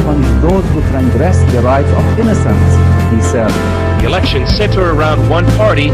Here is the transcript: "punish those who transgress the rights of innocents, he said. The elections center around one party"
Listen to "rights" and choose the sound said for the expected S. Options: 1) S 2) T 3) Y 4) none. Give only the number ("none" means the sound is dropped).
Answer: 4